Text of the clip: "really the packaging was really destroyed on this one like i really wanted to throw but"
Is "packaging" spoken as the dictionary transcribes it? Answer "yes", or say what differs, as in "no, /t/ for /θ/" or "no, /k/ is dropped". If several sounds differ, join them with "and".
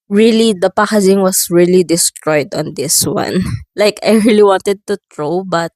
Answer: no, /z/ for /dʒ/